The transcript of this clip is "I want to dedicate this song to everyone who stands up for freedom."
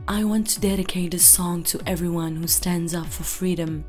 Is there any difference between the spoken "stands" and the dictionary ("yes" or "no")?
no